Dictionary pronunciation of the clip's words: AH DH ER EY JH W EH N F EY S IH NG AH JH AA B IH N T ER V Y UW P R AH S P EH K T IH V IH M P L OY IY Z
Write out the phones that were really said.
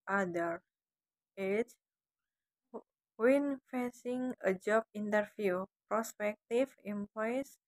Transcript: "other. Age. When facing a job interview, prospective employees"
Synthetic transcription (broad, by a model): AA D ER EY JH W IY N F EY S IH NG AH JH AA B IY N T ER F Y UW P R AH S P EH K T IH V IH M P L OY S